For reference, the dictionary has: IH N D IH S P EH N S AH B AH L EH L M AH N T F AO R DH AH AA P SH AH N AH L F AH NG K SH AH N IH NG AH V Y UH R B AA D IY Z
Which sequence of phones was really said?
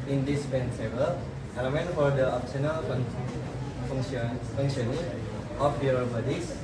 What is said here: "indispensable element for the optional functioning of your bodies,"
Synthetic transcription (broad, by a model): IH N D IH S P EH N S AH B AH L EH M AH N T F AO R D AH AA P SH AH N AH L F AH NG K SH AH N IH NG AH F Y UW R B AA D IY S